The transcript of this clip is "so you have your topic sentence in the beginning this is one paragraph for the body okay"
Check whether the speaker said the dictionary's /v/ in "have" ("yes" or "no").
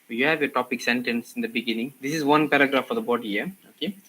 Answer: yes